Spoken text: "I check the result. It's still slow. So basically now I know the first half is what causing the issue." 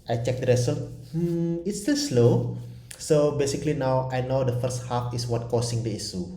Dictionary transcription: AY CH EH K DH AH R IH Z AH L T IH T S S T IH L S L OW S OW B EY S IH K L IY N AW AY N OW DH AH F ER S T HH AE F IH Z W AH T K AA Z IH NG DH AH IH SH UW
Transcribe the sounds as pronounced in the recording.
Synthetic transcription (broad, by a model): AY CH EH K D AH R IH S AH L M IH T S S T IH L S L OW S OW B EY S IH K L IY N AW AY N OW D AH F ER S T HH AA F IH S W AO T K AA S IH NG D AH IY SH UW